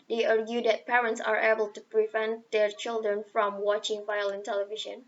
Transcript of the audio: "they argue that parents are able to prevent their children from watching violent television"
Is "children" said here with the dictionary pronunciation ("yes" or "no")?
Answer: yes